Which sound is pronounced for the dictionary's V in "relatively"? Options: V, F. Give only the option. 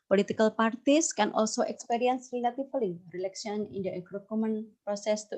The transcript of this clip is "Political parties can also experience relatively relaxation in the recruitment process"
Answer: F